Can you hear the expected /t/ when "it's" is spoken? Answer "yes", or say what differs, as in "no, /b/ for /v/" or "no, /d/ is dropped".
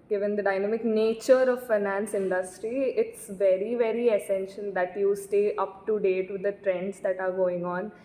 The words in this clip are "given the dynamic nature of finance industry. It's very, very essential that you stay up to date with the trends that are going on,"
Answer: yes